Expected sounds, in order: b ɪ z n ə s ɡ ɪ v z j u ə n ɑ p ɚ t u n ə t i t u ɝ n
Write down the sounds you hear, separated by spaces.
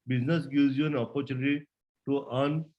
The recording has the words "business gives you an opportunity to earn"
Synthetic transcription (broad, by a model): b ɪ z n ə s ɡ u z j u ə n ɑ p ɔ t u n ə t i t u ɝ n